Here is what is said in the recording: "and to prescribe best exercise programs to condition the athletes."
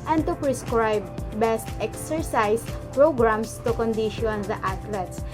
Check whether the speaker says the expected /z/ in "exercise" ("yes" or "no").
no